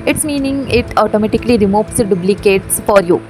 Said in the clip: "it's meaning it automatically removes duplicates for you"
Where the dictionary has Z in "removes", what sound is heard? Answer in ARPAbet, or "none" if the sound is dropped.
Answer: S